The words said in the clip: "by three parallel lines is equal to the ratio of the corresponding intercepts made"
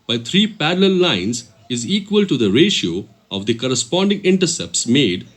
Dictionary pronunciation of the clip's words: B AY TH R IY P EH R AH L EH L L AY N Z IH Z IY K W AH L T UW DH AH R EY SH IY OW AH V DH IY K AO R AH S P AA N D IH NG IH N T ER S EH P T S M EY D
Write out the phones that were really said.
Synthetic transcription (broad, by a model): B AY T R IY P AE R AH L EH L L AY N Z IH Z IY K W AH L T UW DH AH R EY SH IY OW AH V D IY K AO R AH S P AA N D IH NG IH N T ER S EH P T S M EY D